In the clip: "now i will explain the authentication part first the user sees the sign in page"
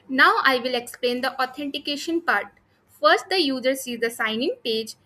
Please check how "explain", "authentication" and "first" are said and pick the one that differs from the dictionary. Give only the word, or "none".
authentication